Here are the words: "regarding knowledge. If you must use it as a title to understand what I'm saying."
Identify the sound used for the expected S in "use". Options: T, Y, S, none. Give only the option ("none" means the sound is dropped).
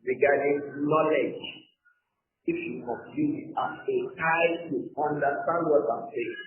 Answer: none